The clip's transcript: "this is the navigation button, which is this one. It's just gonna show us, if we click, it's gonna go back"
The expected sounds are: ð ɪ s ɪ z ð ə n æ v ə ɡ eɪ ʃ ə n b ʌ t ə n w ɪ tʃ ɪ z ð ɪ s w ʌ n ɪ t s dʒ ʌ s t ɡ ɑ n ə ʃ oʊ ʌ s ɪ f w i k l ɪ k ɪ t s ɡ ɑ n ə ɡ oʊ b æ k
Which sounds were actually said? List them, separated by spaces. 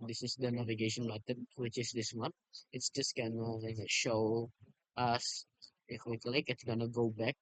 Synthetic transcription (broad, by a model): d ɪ s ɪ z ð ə n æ v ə ɡ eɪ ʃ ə n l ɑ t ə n w ɪ tʃ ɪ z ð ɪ s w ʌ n ɪ t s dʒ ʌ s t ɡ ɑ n ə ʃ oʊ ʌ s ɪ f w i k l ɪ k ɪ t s ɡ ɑ n ə ɡ oʊ b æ k